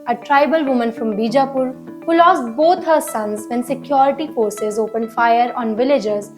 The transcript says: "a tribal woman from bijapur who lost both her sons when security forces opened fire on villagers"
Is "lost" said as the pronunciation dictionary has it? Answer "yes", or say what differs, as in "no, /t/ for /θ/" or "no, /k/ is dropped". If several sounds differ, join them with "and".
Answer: yes